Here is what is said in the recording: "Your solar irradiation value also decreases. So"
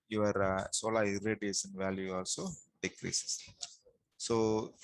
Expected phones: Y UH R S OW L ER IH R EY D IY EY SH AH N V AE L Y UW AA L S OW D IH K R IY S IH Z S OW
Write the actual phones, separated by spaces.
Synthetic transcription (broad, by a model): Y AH R S OW L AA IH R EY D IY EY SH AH N V AE L Y UW AA L S OW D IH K R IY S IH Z S OW